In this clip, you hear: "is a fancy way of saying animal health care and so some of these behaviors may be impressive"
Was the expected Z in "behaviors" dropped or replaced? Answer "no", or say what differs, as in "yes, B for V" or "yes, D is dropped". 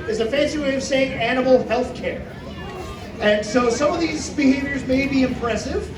no